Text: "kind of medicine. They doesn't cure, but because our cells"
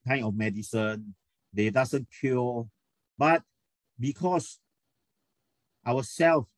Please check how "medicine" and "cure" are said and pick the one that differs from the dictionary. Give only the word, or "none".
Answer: cure